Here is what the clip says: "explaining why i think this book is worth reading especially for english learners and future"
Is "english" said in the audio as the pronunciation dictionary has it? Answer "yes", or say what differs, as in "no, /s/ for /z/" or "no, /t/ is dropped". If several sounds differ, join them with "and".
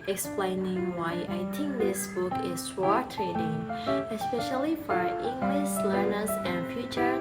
no, /s/ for /ʃ/